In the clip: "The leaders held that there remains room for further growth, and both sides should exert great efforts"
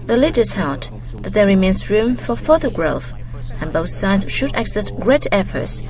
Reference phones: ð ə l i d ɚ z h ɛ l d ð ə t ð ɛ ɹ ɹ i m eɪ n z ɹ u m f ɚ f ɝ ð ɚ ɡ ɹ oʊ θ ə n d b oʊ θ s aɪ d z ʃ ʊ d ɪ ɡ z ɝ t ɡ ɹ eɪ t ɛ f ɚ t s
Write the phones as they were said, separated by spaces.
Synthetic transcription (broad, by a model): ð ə l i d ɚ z h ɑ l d ð ə t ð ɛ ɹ ɹ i m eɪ n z ɹ u m f ɚ f ɝ ð ɚ ɡ ɹ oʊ f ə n b oʊ θ s aɪ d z ʃ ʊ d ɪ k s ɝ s ɡ ɹ eɪ t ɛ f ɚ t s